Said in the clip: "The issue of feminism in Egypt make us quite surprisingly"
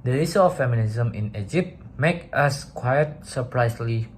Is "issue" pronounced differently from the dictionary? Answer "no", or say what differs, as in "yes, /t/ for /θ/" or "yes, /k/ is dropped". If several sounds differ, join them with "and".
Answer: yes, /s/ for /ʃ/